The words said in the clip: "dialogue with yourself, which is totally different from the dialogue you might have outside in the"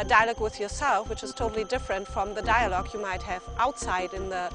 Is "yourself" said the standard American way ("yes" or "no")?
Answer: yes